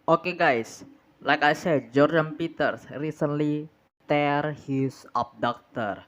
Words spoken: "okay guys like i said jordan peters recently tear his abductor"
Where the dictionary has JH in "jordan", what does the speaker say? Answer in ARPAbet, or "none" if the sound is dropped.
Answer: JH